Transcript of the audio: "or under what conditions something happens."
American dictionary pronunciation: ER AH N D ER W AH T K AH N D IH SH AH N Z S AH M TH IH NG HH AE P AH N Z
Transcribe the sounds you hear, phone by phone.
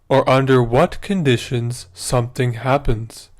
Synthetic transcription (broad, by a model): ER AH N D ER W AH T K AH N D IH SH AH N Z S AH M TH IH NG HH AE P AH N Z